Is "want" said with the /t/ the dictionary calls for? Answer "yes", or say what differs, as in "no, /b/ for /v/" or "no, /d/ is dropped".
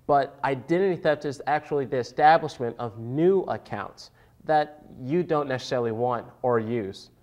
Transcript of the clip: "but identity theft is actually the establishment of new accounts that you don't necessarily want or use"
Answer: yes